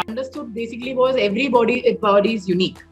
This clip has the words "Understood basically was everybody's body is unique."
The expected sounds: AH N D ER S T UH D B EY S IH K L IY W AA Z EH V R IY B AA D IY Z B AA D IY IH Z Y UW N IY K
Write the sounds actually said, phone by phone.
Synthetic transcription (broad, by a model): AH N D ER S T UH D B EY S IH K L IY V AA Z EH V R IY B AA D IY B AA D IY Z Y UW N IY K